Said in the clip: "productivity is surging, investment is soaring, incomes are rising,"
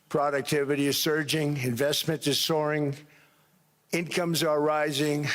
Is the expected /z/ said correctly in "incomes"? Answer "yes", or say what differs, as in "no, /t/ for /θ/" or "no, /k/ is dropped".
yes